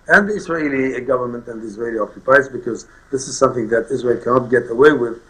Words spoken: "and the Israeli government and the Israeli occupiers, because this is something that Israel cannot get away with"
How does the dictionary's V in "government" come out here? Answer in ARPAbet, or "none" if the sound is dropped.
V